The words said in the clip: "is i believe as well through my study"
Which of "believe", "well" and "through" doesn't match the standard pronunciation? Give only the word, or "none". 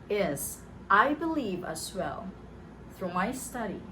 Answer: none